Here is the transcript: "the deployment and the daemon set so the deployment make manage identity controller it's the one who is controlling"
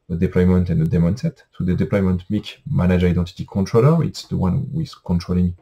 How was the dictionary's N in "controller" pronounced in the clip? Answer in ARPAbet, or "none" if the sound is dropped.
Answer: N